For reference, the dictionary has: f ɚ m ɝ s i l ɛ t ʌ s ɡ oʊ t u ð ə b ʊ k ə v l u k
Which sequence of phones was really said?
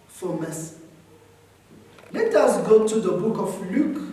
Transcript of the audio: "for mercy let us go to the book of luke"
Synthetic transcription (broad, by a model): f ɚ m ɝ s l ɛ t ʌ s ɡ oʊ t u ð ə b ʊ k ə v l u k